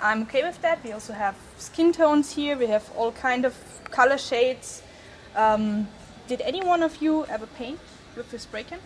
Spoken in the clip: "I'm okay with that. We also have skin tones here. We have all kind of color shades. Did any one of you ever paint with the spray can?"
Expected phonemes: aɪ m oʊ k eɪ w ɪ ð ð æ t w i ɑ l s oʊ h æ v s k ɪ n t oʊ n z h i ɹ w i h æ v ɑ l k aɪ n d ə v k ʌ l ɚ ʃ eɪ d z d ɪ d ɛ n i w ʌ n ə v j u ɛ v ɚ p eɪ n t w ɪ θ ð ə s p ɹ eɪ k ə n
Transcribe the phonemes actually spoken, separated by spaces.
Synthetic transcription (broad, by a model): aɪ m oʊ k eɪ w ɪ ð ð æ t w i ɑ l s oʊ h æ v s k ɪ n t oʊ n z h i ɹ w i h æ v ɑ l k aɪ n d ə v k ʌ l ɚ ʃ eɪ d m d ɪ d ɛ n i w ʌ n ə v j u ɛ v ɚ p eɪ n t w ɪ ð ə s b ɹ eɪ k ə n